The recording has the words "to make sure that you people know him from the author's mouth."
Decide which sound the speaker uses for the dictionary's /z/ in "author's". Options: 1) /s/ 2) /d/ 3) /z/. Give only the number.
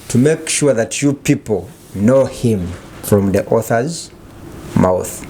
3